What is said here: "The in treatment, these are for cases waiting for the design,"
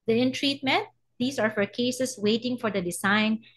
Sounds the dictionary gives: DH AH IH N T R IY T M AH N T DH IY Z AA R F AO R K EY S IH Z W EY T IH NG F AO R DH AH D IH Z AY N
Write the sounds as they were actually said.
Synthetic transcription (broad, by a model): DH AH IH N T R IY T M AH N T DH IY S AA R F AO R K EY S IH S W EY T IH NG F AO R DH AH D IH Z AY N